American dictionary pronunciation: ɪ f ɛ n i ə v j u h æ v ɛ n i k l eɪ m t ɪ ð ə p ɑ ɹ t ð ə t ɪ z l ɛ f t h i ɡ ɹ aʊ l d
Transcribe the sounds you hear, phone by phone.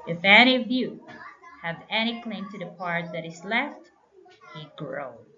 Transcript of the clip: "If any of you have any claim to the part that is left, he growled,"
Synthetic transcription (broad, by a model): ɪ f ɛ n i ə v j u h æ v ɛ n i k l eɪ m t ɪ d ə p ɑ ɹ t ð ə t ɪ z l ɛ f t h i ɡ ɹ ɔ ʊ